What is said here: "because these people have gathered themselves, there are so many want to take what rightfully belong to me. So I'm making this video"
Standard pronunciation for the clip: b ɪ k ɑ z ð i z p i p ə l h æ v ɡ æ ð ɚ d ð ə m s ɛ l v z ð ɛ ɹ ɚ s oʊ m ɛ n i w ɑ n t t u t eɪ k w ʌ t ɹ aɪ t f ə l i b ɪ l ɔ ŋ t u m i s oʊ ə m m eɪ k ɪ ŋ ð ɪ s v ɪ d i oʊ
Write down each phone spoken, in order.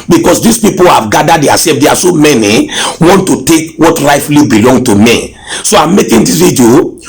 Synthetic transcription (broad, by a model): b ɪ k ɑ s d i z p i p ə l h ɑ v ɡ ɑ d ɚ d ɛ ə s ɛ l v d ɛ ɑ s oʊ m ɛ n i w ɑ n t t u t eɪ k w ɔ t ɹ aɪ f l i b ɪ l ɔ ŋ t u m i s oʊ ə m m eɪ k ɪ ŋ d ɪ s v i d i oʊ